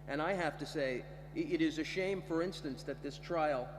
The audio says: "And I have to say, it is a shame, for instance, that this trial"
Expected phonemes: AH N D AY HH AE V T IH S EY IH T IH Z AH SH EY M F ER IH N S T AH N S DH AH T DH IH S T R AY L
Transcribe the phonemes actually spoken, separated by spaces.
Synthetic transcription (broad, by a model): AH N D AY HH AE F T IH S EY IH T IH Z AH SH EY M F ER IH N S T AH N S DH AH T DH IH S T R AY L